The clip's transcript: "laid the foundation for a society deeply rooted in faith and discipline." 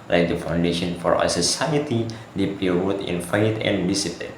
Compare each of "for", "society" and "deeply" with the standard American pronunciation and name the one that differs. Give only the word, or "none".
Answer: deeply